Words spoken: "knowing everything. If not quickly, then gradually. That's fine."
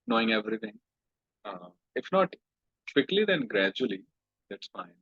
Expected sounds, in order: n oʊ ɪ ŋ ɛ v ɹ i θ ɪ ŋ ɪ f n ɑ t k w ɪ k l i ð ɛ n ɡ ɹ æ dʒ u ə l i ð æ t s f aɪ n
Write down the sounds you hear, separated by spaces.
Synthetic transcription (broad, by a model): n oʊ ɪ ŋ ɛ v ɹ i t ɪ ŋ ɪ f n ɑ t k w ɪ k l i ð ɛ n ɡ ɹ æ dʒ u ə l i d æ t s f aɪ n